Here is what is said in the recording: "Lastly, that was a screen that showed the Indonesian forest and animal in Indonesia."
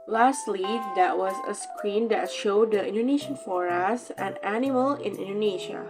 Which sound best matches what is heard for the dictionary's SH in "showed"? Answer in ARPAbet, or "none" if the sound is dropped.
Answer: SH